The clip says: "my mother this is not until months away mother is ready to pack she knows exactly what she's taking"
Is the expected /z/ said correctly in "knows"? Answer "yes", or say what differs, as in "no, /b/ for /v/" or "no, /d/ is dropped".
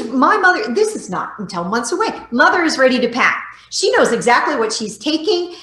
yes